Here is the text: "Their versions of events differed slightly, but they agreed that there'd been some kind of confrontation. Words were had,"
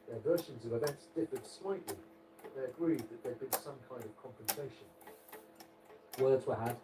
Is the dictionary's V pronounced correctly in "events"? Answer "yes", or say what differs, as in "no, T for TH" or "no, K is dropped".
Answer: no, B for V